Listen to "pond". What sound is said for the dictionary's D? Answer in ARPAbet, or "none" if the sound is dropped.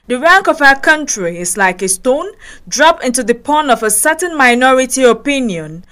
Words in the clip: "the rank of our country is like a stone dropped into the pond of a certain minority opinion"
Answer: none